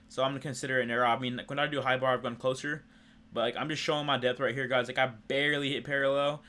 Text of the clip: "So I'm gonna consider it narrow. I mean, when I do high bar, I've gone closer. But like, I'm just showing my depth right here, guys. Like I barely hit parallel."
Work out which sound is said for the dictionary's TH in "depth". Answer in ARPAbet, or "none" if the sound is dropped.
TH